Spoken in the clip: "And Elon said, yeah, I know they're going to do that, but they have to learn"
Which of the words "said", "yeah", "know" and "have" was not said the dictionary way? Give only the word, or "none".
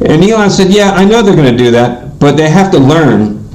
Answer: have